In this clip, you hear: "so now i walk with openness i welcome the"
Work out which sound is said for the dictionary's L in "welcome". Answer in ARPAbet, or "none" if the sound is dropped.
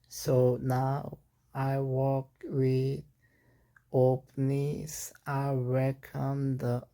none